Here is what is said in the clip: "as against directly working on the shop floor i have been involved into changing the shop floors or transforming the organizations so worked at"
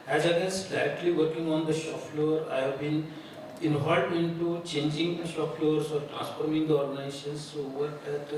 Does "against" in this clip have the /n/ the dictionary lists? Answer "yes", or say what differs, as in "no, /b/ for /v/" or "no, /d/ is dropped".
no, /n/ is dropped